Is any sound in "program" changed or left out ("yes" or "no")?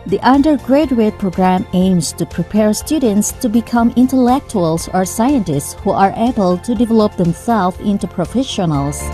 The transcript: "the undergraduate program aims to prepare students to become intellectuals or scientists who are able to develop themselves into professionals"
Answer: no